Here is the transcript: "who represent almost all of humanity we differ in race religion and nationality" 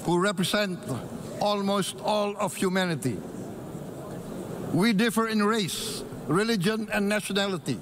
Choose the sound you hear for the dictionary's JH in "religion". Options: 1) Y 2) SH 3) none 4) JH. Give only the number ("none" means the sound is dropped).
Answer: 4